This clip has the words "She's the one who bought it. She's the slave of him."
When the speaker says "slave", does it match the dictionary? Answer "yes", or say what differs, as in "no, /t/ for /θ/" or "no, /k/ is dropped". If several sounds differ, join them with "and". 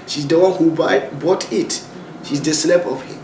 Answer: no, /p/ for /v/